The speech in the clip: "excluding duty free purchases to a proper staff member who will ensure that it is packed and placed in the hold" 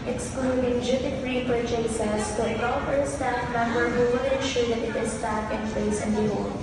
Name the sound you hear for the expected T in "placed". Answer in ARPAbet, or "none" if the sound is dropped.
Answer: none